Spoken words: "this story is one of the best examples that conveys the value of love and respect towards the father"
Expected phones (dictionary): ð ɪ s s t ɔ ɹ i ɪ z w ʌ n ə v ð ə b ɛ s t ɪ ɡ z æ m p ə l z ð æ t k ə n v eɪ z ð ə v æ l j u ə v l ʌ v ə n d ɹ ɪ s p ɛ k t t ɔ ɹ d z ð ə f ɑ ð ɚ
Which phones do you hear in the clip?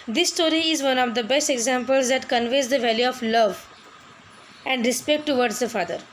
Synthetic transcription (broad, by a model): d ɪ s s t ɔ ɹ i ɪ z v ʌ n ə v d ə b ɛ s t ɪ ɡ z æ m p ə l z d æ t k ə n v eɪ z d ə v æ l j u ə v l ʌ v ə n d ɹ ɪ s p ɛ k t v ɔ ɹ d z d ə f ɑ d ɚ